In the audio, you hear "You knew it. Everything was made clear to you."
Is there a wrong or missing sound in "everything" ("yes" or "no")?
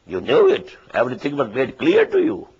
yes